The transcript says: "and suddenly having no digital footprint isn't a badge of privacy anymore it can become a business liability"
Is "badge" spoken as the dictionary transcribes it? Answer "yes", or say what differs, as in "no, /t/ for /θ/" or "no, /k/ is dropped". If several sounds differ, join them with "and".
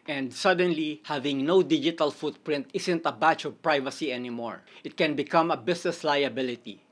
no, /tʃ/ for /dʒ/